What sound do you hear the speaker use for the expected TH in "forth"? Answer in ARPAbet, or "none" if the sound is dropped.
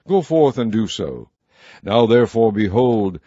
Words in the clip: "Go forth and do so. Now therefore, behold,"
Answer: TH